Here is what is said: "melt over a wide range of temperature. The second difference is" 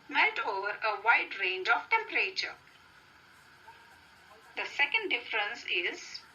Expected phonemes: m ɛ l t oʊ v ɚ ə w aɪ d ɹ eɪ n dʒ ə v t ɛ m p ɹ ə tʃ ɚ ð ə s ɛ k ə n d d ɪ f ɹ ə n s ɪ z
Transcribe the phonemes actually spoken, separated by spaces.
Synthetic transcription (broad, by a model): m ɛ l t oʊ v ɚ ə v aɪ d ɹ eɪ n dʒ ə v t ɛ m p ɹ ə tʃ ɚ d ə s ɛ k ə n d d ɪ f ɹ ə n s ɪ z